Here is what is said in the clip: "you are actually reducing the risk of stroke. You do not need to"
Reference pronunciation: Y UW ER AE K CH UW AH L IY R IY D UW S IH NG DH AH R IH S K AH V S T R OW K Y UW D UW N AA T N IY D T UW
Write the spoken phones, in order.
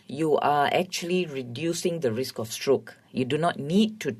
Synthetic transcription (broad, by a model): Y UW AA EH K CH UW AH L IY R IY D UW S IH NG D AH R IH S K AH F S T R OW K Y UW D UW N AA T N IY D T UW